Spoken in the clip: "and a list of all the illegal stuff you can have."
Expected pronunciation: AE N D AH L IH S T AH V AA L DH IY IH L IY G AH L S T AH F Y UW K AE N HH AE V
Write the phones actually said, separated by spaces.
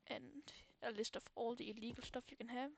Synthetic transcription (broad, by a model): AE N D AH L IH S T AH F AA L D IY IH L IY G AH L S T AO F Y UW K AE N HH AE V